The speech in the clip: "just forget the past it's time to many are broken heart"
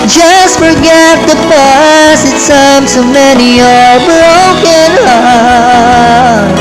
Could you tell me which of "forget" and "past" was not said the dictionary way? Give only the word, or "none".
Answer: past